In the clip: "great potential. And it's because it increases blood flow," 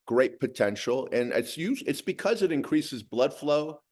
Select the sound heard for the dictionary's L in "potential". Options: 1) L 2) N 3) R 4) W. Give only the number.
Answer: 2